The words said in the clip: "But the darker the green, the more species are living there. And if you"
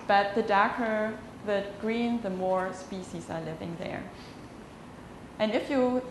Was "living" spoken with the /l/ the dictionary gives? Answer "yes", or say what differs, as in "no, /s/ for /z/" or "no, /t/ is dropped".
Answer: yes